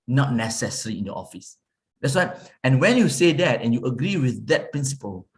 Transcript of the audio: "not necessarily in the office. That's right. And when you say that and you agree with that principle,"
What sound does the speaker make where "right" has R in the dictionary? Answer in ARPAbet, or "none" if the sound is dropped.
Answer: W